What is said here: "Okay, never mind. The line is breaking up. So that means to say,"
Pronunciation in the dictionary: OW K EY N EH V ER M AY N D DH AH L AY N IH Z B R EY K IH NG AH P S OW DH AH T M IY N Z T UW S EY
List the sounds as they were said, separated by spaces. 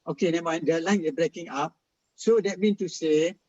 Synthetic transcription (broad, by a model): OW K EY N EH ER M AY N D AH L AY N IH B R EY K IH NG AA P S OW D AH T M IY N T UW S EY